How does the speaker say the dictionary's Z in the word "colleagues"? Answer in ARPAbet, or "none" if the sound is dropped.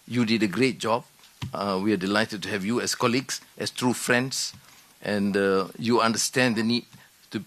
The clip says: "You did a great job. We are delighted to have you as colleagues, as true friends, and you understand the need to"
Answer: S